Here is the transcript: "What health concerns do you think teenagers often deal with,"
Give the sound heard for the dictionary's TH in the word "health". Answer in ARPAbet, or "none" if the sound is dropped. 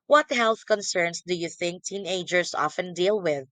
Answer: TH